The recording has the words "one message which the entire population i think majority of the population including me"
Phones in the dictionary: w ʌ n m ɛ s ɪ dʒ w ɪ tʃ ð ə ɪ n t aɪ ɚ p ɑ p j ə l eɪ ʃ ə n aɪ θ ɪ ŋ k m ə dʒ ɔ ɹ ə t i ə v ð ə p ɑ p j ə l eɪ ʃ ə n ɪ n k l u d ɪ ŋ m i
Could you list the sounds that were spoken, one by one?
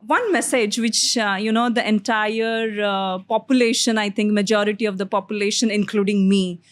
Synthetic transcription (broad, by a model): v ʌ n m ɛ s ɪ dʒ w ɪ tʃ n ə ɪ n t aɪ ɚ p ɑ p j ə l eɪ ʃ ə n aɪ t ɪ ŋ k m ə dʒ ɔ ɹ ə t i ə v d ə p ɑ p j ə l eɪ ʃ ə n ɪ n k l u d ɪ ŋ m i